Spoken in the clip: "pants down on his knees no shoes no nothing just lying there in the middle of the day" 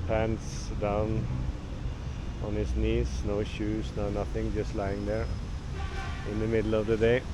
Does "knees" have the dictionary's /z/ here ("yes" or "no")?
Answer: no